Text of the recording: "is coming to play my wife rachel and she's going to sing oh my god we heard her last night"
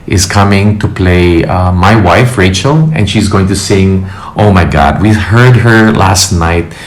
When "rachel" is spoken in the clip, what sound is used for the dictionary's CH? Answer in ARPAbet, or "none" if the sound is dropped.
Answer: CH